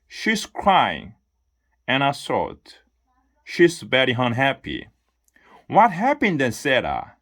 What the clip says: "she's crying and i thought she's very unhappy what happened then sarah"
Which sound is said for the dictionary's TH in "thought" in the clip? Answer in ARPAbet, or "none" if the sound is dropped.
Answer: S